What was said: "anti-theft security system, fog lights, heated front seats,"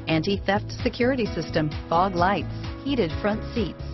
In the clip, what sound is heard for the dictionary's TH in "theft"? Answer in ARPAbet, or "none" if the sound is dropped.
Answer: TH